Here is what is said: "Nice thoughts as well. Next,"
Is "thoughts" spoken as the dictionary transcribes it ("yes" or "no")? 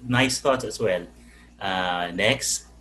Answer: no